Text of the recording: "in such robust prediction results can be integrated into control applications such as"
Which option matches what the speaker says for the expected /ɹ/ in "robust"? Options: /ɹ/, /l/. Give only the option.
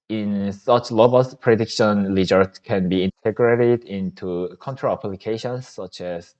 /l/